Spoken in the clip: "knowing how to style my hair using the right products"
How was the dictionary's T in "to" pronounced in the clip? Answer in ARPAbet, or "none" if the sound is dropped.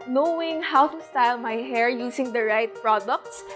T